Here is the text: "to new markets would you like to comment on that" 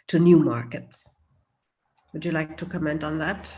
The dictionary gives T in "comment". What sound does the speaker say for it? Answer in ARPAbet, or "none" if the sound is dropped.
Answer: T